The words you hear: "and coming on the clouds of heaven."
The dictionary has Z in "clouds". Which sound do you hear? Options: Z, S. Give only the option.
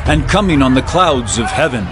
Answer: Z